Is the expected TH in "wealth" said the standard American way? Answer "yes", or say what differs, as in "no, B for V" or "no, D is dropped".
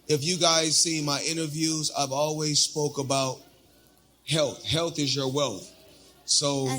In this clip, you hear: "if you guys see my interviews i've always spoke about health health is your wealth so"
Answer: yes